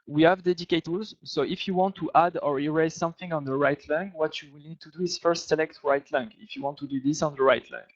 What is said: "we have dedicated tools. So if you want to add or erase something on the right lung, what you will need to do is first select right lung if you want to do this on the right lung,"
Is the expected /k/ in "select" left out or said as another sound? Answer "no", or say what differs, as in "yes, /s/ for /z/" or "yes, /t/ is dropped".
no